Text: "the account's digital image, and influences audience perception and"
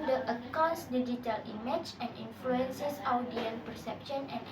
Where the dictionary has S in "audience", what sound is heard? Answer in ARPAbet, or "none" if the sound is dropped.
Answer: none